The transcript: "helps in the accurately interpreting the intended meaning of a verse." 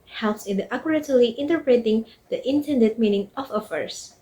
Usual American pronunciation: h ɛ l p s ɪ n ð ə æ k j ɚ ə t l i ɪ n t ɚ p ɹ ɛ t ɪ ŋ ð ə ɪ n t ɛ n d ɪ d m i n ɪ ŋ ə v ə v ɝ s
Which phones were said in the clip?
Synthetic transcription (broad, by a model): h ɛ l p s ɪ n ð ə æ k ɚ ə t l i ɪ n t ɚ p ɹ ɛ t ɪ ŋ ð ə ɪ n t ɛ n d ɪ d m i n ɪ ŋ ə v ə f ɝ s